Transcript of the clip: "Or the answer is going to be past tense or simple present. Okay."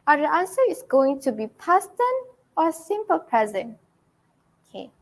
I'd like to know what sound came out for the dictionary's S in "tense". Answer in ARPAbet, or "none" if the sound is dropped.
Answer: none